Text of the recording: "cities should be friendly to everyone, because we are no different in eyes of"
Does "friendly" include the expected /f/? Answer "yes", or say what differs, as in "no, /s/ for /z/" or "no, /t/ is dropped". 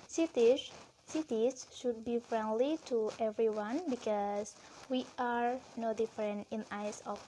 yes